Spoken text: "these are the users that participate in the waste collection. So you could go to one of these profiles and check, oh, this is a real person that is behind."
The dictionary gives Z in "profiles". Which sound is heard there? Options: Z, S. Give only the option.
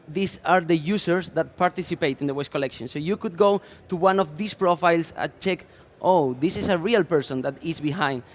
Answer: S